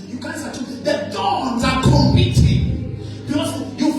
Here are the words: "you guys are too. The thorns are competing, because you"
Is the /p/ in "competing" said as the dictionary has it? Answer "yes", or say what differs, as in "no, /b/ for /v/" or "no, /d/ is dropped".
no, /p/ is dropped